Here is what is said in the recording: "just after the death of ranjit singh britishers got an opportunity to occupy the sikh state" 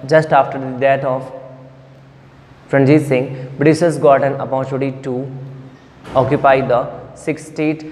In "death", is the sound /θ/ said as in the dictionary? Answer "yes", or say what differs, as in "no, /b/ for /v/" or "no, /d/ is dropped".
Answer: no, /t/ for /θ/